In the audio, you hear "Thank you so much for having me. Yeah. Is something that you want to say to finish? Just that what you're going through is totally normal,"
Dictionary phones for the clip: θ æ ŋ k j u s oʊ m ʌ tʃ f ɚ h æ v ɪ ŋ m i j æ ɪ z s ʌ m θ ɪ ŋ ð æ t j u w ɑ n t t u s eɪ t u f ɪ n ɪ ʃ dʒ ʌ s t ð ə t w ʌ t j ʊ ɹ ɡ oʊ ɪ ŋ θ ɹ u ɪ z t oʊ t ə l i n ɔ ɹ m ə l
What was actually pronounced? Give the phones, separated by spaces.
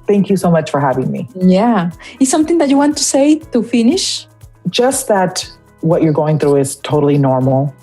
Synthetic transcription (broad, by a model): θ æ ŋ k j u s oʊ m ʌ tʃ f ɚ h æ v ɪ ŋ m i j æ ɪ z s ʌ m θ ɪ ŋ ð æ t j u w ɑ n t t u s eɪ t u f ɪ n ɪ ʃ dʒ ʌ s t ð ə t w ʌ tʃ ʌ ɹ ɡ oʊ ɪ ŋ θ ɹ u ɪ z t oʊ t l i n ɔ ɹ m l